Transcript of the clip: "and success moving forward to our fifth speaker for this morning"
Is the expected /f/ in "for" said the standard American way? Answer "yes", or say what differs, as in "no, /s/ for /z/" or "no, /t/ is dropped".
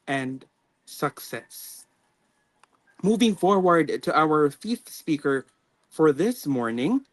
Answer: yes